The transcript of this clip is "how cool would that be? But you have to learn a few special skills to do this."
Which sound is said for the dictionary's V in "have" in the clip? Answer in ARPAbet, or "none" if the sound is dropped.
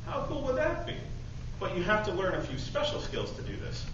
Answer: F